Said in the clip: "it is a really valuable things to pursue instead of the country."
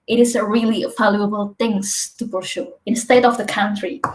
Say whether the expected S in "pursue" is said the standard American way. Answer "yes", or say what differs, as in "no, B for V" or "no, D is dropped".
no, SH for S